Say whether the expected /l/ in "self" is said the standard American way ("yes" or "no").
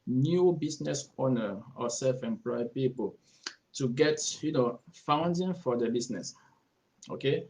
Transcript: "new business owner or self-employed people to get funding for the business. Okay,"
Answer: yes